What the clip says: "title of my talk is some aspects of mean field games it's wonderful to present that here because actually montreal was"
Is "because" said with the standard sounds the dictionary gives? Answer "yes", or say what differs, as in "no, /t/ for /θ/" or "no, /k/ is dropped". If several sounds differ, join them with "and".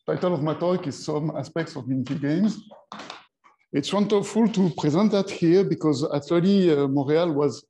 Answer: yes